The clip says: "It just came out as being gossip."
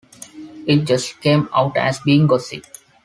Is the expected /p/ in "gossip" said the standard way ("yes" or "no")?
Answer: no